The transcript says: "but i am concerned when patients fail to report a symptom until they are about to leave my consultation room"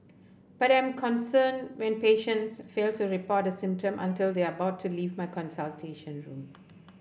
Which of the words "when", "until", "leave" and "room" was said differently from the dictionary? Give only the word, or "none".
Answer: none